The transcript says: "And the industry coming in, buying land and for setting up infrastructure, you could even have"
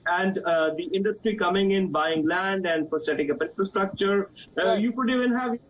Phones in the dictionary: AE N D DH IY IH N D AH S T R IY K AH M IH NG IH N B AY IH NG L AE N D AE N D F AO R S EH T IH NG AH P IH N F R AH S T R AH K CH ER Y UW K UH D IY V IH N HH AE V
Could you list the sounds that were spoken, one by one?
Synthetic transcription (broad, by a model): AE N D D IY IH N D AH S T R IY K AH M IH NG IH N B AY IH NG L AE N D AE N D P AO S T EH T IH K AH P IH N F R AH S T R AH K CH ER Y UW K UH D IY V IH N HH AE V